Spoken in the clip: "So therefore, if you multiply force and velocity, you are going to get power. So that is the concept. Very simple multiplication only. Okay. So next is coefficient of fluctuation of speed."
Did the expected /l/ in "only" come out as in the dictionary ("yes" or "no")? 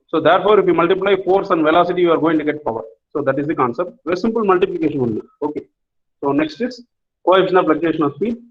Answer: no